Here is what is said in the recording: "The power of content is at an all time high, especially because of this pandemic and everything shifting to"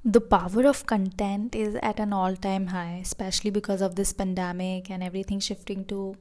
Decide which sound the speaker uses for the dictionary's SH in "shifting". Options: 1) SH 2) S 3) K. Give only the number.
1